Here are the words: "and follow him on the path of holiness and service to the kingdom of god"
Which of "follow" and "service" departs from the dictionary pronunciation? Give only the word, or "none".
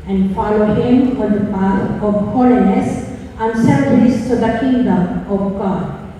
service